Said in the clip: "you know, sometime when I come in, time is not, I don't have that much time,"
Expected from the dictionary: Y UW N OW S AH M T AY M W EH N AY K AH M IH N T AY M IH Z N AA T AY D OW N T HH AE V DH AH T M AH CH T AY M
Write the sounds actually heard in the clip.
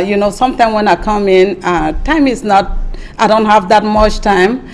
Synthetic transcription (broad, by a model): Y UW N OW S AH M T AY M W EH N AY K AH M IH N T AY M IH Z N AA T AY D OW N T HH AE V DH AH T M AH CH T AY M